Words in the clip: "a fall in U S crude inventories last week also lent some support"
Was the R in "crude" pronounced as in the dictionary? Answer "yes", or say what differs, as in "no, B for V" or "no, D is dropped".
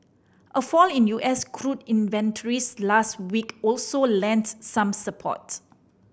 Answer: yes